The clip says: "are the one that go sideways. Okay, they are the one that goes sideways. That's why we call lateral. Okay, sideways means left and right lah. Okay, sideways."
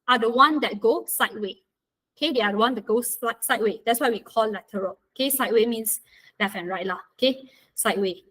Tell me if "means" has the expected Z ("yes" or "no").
no